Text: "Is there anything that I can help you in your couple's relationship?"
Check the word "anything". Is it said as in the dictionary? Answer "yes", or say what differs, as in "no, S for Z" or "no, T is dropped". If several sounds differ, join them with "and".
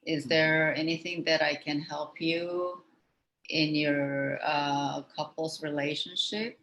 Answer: yes